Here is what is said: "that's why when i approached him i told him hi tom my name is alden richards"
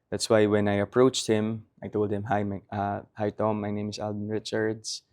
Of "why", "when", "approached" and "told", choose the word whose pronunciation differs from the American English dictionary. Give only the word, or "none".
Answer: none